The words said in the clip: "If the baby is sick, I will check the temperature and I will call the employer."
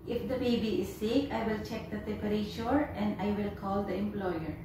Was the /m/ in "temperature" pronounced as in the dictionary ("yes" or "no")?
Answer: no